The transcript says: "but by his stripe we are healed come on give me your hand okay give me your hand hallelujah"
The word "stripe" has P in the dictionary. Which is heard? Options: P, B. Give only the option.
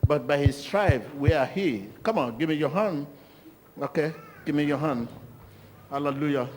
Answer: B